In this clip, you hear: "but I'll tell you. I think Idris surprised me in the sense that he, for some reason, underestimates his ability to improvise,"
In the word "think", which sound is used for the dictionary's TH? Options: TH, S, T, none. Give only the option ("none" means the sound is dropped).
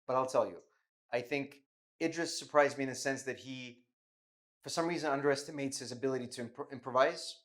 TH